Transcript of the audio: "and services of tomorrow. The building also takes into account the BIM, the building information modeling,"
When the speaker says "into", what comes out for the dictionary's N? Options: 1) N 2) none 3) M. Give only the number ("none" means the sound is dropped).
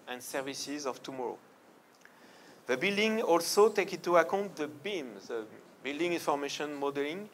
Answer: 2